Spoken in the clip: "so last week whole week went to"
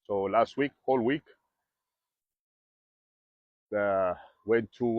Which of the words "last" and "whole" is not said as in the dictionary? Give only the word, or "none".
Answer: none